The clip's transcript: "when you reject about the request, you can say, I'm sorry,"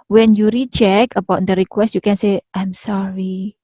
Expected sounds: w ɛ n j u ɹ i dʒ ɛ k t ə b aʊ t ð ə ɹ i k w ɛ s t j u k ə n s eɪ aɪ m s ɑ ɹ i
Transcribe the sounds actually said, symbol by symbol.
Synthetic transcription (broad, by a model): w ɛ n j u ɹ i tʃ ɛ k ə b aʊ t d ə ɹ i k w ɛ s t j u k ə n s eɪ aɪ m s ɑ ɹ i